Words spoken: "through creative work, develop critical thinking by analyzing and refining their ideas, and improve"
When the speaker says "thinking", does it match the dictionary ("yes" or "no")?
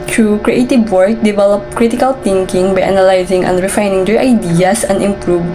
no